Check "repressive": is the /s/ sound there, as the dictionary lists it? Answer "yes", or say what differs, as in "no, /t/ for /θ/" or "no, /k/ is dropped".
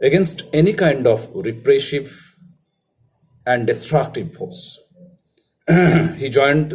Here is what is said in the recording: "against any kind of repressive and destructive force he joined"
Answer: no, /ʃ/ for /s/